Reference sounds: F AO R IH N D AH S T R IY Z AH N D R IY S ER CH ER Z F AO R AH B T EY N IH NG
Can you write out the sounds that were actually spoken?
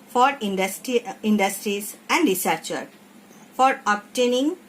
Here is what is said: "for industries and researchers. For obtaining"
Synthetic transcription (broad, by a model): F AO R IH N D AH S T R IY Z AH N D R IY S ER CH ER F AO R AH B T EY N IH NG